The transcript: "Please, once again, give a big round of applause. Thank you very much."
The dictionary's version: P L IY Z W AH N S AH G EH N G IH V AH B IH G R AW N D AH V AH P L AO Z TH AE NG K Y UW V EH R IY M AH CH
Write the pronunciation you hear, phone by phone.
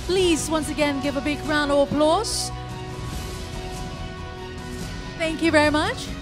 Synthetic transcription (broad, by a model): P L IY Z W AH N S AH G EH N G IH V AH B IH G R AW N AH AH P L AO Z TH AE NG K Y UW V EH R IY M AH CH